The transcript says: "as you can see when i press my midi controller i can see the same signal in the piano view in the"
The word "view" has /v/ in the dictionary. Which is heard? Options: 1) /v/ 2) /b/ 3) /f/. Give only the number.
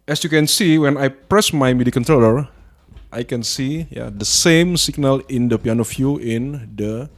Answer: 3